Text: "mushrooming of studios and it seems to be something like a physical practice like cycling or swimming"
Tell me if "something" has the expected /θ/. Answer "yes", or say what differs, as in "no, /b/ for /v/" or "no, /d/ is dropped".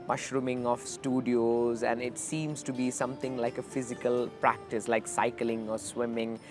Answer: no, /t/ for /θ/